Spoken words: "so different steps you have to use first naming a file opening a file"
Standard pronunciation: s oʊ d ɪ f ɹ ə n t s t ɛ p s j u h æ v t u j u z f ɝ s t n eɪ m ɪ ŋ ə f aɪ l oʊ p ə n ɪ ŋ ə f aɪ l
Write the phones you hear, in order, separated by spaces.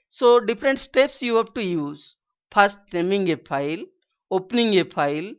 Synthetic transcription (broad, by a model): s oʊ d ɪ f ɹ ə n t s t ɛ p s j u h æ p t u j u z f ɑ s t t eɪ m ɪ ŋ ə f aɪ l oʊ p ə n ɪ ŋ ə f aɪ l